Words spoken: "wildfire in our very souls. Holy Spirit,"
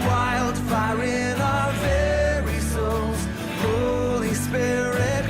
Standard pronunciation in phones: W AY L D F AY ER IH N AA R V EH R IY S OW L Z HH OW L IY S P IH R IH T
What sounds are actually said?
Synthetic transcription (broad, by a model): W AY L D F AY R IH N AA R V EH R IY S OW L Z HH OW L IY S P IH R IH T